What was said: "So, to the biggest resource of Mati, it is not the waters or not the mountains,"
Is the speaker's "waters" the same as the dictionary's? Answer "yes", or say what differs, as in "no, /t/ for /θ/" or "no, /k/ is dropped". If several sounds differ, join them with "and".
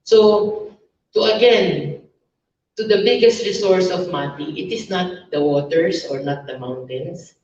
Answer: no, /s/ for /z/